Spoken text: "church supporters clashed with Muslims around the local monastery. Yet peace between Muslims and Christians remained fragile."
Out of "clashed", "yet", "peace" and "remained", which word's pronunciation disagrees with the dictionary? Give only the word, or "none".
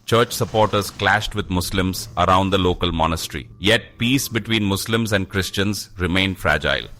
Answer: none